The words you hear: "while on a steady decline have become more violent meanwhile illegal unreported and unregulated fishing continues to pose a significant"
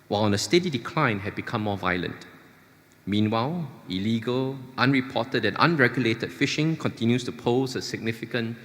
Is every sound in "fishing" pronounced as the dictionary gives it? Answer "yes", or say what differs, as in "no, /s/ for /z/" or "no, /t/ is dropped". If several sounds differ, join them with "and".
yes